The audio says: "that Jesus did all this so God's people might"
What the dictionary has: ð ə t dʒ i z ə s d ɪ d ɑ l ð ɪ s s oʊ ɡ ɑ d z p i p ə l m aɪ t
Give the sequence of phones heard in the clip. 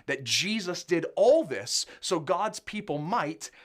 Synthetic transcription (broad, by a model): ð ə t dʒ i z ə s d ɪ d ɑ l ð ɪ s s oʊ ɡ ɑ d z p i p l m aɪ t